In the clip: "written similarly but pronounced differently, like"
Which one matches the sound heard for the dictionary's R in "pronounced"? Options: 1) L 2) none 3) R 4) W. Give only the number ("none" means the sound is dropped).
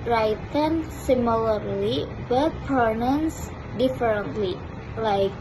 2